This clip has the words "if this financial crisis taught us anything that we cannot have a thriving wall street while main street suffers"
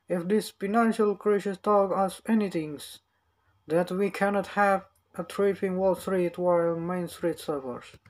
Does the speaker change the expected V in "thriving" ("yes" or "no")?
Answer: yes